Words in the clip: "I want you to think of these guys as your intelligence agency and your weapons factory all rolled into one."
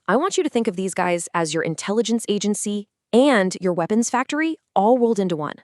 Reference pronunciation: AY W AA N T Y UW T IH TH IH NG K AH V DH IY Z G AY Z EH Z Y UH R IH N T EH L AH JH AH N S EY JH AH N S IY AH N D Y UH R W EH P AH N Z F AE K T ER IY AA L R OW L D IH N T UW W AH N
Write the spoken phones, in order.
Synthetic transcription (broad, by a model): AY W AA N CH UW T IH TH IH NG K AH V DH IY Z G AY Z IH Z Y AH R IH N T EH L AH JH AH N S EY JH AH N S IY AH N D Y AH R W EH P AH N Z F AE K T ER IY AA L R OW L D IH N T UW W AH N